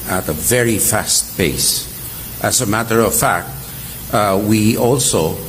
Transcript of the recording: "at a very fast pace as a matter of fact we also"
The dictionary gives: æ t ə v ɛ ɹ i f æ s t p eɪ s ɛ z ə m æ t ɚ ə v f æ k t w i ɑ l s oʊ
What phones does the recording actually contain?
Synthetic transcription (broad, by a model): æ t ə v ɛ ɹ i f æ s t b eɪ s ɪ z ə m æ t ɚ ə v f æ k t w i ɑ l s oʊ